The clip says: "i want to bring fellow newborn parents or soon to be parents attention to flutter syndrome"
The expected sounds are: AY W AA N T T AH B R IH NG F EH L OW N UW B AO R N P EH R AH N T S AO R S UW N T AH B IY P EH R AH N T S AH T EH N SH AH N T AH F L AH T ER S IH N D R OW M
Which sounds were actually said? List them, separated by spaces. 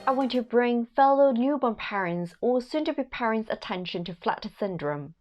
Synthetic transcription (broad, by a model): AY W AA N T T AH B R IH NG F EH L OW N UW B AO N P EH R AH N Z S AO L S UW N T AH B IY P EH R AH N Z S AH T EH N SH AH N T AH F L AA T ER S IH N D R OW M